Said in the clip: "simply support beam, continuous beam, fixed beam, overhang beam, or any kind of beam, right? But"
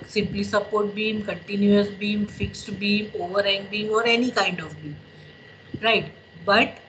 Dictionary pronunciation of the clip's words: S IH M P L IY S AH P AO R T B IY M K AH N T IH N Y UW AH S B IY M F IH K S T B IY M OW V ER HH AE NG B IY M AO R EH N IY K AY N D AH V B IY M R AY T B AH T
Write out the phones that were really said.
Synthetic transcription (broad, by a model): S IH M P L IY S AH P AO R T B IY M K AH N T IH N Y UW AH S B IY M F IH K S T B IY M OW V ER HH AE NG B IY M AO R EH N IY K AY N D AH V B IY M R AY T B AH T